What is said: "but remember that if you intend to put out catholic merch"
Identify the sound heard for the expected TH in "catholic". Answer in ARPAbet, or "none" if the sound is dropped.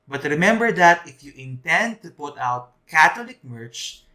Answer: T